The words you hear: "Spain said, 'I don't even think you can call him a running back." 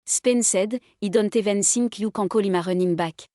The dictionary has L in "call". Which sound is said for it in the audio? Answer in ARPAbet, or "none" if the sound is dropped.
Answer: L